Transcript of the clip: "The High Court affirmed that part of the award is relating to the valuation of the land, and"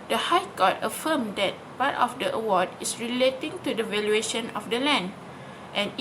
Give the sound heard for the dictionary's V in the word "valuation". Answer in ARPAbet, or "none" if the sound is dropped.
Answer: V